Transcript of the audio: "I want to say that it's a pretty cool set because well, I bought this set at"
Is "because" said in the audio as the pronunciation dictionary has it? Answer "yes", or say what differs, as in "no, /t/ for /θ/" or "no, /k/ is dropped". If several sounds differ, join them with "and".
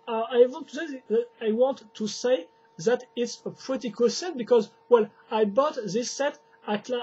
yes